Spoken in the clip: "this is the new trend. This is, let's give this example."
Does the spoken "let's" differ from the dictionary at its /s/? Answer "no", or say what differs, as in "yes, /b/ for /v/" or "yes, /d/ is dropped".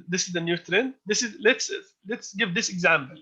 no